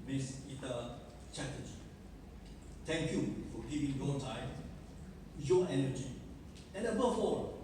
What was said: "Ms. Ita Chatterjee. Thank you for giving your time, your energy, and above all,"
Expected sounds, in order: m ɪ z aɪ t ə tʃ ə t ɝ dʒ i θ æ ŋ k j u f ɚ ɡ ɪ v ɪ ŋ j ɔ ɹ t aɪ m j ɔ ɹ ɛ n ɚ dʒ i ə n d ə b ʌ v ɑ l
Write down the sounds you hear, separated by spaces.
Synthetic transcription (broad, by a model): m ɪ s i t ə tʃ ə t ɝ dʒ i t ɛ ŋ k j u f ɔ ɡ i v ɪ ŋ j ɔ t aɪ m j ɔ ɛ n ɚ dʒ i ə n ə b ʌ f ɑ